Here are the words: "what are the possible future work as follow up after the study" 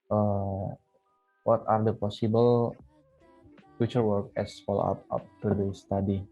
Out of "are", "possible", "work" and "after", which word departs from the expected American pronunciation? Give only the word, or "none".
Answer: after